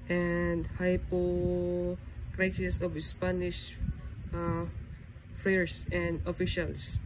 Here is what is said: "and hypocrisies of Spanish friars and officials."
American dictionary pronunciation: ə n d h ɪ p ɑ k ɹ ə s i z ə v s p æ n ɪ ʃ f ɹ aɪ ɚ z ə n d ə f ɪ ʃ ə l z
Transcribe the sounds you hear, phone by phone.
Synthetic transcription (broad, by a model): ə n d h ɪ p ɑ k ɹ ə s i s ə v s p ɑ n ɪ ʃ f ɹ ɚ s ə n d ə f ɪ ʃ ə l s